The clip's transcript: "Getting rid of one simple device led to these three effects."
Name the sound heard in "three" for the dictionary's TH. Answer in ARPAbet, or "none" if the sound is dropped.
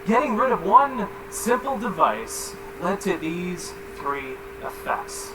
TH